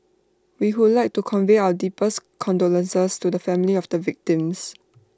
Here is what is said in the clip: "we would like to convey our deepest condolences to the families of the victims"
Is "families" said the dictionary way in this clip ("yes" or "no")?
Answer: no